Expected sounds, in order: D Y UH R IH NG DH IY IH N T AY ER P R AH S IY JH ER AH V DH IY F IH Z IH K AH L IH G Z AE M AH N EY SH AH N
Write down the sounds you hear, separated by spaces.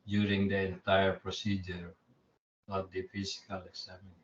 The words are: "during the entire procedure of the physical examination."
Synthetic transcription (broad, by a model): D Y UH R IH NG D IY IH N T AY ER P R AH S IY JH ER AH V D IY F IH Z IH K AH L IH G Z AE M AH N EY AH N